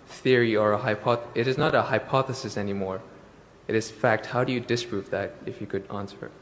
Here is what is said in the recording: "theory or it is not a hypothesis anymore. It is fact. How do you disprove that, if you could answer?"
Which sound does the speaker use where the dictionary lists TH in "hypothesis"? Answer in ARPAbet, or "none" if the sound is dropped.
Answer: TH